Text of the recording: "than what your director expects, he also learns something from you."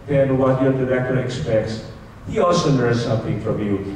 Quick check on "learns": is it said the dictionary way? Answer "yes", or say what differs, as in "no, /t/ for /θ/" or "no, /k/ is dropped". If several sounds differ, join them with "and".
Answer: no, /n/ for /l/